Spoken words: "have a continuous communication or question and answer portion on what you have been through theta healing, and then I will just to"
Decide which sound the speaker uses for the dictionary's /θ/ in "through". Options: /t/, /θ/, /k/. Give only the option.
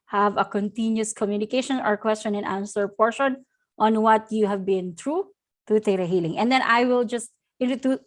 /t/